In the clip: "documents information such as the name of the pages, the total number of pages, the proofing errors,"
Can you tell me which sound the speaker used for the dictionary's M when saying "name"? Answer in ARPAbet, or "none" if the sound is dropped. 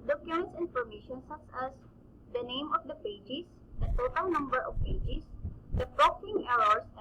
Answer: M